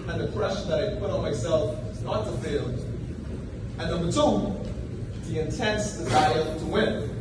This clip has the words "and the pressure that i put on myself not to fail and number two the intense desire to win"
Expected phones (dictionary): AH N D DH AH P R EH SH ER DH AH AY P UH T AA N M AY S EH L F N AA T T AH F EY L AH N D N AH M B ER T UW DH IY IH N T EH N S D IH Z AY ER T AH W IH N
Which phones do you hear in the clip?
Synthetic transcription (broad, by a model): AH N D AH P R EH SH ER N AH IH P UH T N M AY S EH L F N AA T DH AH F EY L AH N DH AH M ER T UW DH IY IH N T EH N S D IH Z AY ER T AH W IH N